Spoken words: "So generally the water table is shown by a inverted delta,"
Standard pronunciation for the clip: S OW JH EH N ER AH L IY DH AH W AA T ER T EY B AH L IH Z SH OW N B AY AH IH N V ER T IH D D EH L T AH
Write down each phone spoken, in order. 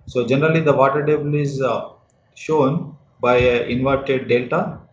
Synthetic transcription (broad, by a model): S OW JH EH N ER AH L IY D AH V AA T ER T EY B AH L IH Z SH OW N B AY AH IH N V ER T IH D D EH L T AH